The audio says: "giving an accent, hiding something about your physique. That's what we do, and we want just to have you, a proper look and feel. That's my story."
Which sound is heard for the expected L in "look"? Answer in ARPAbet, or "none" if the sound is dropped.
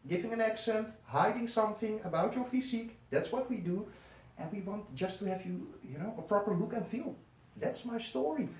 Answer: L